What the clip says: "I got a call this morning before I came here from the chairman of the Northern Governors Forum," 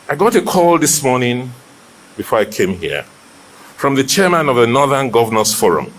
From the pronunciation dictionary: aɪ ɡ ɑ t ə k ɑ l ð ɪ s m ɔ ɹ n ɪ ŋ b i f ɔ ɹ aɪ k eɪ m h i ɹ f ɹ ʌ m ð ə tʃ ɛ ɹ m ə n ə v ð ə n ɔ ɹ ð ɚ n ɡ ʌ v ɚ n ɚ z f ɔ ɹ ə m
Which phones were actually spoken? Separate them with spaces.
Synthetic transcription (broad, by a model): aɪ ɡ ɑ t ə k ɑ l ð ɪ s m ɔ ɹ n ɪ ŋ b i f ɔ ɹ aɪ k eɪ m h i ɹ f ɹ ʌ m ð ə tʃ ɛ ɹ m ə n ə v ð ə n ɔ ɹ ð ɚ n ɡ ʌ v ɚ n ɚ s f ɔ ɹ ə m